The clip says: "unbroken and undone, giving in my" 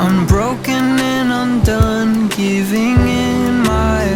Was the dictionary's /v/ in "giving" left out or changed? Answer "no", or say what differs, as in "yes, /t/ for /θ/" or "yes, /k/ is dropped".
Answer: no